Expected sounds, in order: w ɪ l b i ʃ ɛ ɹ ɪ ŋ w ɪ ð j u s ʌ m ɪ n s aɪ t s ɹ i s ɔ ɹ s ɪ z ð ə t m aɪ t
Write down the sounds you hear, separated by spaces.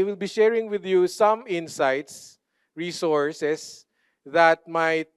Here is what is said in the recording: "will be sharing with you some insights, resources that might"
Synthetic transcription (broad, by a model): w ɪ l b i ʃ ɛ ɹ ɪ ŋ w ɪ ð j u s ʌ m ɪ n s aɪ t s ɹ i s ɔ ɹ s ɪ s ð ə t m aɪ t